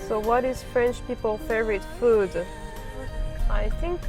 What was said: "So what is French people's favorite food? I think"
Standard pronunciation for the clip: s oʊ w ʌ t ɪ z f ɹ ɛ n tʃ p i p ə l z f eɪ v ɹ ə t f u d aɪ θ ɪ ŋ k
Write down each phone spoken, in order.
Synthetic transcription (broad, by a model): s oʊ w ʌ t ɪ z f ɹ ɛ n tʃ p i p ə l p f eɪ ɹ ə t f u d aɪ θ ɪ ŋ k